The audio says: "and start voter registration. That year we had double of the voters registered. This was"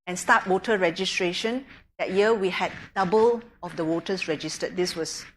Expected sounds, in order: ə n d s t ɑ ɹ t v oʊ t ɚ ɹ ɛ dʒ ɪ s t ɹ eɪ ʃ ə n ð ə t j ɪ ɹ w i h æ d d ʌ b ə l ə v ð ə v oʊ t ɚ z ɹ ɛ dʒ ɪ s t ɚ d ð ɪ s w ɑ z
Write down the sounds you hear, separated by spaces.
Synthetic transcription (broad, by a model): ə n s t ɑ t w oʊ t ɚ ɹ ɛ dʒ ɪ s t ɹ eɪ ʃ ə n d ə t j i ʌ w i h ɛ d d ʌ b ə l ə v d ə w oʊ t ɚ s ɹ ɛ dʒ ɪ s t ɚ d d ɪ s w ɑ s